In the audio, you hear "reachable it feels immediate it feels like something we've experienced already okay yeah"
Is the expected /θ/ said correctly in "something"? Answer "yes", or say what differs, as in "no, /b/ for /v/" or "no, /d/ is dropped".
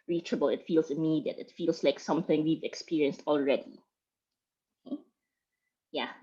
yes